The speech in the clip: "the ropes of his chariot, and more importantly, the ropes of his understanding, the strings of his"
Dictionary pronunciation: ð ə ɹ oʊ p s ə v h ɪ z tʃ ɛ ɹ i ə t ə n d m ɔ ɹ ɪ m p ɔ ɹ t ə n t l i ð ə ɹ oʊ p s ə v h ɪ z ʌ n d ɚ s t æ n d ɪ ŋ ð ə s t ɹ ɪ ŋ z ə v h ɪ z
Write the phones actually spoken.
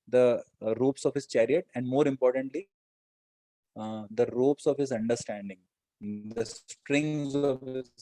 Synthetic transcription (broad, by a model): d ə ɹ oʊ p s ə v h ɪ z tʃ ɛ ɹ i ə t ə n d m ɔ ɹ ɪ m p ɔ ɹ t ə n t l i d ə ɹ oʊ p s ə v h ɪ z ʌ n d ɚ s t æ n d ɪ ŋ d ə s t ɹ ɪ ŋ z ə v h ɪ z